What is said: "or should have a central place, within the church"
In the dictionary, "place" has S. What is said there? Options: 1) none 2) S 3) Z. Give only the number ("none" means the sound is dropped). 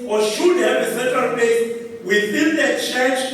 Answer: 1